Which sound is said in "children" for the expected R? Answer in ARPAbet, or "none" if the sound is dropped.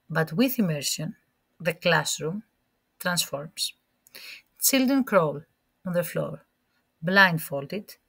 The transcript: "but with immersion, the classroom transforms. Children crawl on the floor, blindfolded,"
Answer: none